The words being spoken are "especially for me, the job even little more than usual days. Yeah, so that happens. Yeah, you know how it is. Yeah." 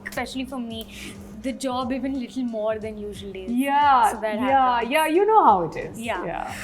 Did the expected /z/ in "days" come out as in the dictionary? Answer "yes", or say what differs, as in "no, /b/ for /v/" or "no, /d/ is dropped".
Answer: no, /z/ is dropped